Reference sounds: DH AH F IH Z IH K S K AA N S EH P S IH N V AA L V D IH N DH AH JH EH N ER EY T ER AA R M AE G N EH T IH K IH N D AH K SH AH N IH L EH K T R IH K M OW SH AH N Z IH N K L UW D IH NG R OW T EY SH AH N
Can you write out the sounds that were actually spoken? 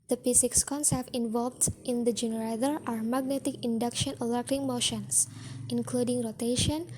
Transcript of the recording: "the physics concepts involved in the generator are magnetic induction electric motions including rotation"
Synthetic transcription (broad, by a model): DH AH P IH S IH K S K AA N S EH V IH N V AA L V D IH N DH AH JH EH N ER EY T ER AA R M AE G N EH T IH K IH N D AH K SH AH N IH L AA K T IH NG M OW SH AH N S IH N K L UW D IH NG R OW T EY SH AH N